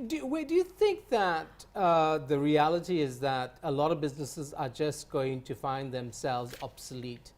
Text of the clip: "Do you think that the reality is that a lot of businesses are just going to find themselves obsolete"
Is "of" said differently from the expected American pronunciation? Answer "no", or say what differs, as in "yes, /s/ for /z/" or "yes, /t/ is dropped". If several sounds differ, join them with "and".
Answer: no